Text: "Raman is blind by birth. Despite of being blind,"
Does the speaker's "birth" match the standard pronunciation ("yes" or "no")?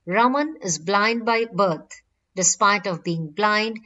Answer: no